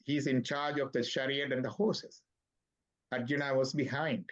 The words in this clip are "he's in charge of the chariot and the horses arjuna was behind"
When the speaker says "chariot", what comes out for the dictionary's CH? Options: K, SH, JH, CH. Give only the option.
SH